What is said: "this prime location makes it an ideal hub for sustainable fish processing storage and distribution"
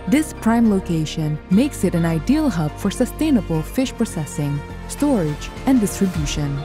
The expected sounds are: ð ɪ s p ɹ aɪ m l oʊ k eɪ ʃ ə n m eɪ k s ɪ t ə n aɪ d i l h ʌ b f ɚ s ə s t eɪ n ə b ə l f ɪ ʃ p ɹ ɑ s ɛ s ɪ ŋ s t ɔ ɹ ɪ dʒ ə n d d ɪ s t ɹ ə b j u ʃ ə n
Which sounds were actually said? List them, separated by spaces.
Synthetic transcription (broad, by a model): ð ɪ s p ɹ aɪ m l oʊ k eɪ ʃ ə n m eɪ k s ɪ t ə n aɪ d i l h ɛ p f ɚ s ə s t eɪ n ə b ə l f ɪ ʃ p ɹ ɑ s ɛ s ɪ ŋ s t ɔ ɹ ɪ dʒ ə n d d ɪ s t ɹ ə b j u ʃ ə n